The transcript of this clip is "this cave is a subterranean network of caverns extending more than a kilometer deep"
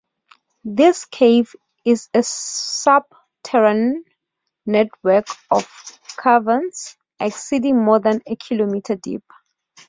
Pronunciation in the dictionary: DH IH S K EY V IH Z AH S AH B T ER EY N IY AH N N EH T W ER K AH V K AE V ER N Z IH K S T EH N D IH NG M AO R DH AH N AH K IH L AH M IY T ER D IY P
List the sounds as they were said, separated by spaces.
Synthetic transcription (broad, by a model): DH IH S K EY V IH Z AH S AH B T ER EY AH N N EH T W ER K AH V K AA V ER N S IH K S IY D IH NG M AO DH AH N AH K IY L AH M IY T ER D IY P